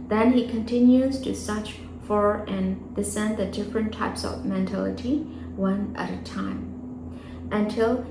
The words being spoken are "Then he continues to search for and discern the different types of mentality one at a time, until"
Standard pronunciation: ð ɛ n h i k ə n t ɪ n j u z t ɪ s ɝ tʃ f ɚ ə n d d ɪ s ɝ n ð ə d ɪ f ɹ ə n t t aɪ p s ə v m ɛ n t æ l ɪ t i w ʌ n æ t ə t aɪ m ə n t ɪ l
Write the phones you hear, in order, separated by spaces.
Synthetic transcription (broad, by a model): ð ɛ n i k ə n t ɪ n j u z t ɪ s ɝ tʃ f ɚ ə n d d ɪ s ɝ n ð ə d ɪ f ɹ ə n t t aɪ p s ə v m ɛ n t æ l ɪ t i w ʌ n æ t ə t aɪ m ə n t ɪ l